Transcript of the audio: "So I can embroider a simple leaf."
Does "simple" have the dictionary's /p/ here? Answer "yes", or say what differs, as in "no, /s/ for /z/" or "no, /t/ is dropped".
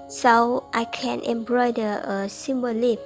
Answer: no, /b/ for /p/